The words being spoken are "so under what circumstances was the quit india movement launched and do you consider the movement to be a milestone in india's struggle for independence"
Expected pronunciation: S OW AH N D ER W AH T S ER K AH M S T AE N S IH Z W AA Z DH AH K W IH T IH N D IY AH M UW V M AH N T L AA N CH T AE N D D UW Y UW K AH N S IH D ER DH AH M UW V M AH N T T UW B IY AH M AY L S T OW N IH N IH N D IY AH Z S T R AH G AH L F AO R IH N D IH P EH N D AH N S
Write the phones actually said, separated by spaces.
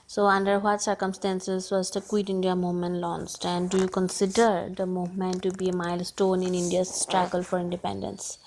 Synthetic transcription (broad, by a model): S OW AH N D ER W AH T S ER K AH M S T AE N S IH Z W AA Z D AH K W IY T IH N D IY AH M UW V M AH N T L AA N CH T AE N D D UW Y UW K AH N S IH D ER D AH M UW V M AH N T T UW B IY AH M AY L S T OW N IH N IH N D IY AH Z S T R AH G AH L F AO R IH N D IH P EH N D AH N S